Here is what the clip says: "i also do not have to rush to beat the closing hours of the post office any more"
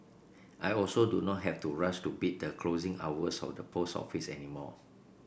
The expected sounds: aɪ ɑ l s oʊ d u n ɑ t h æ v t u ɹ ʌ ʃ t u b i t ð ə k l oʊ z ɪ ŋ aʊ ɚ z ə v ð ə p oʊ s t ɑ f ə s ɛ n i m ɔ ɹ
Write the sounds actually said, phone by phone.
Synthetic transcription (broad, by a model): aɪ ɑ l s oʊ d u n ɑ t h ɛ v t u ɹ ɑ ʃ t u b i t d ə k l oʊ z ɪ ŋ aʊ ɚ s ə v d ə p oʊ s ɑ f ə s ɛ n i m ɔ